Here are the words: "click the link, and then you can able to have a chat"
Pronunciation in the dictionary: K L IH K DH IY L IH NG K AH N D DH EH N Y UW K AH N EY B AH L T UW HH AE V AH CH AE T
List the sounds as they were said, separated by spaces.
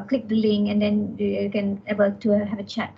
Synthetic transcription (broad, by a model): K L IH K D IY L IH NG AH N D EH N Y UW K AH N EY B AH L T UW HH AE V AH CH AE T